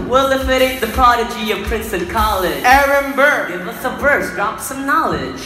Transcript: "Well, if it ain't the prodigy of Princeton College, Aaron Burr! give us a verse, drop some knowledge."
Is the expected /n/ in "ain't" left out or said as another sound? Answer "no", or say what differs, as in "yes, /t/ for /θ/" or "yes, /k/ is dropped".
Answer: yes, /n/ is dropped